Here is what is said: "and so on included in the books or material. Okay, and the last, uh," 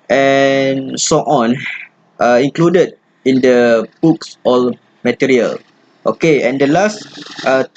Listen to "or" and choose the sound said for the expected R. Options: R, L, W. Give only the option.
L